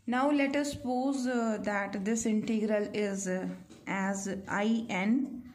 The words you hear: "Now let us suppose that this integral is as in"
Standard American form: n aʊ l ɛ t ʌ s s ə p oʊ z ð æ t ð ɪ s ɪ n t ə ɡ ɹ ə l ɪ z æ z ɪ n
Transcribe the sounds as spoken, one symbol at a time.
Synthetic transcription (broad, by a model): n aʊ l ɛ t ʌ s s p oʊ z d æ t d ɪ s ɪ n t ə ɡ ɹ ə l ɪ z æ z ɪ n